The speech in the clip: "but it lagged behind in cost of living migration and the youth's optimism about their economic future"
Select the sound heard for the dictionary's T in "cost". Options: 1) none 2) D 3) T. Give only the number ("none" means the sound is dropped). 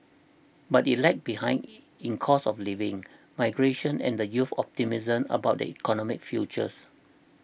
1